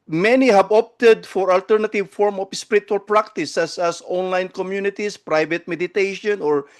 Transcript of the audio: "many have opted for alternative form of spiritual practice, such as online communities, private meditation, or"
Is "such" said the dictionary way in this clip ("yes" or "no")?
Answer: no